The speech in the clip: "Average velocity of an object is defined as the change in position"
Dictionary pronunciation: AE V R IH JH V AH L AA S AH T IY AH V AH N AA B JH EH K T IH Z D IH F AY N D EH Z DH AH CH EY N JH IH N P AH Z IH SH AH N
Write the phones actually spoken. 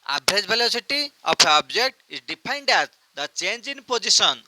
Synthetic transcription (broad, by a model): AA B R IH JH B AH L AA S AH T IY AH P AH AA B JH EH K T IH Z D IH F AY N D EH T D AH CH EY N JH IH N P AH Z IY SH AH N